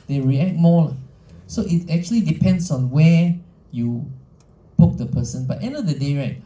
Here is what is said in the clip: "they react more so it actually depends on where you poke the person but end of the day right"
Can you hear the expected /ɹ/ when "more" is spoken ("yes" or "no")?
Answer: no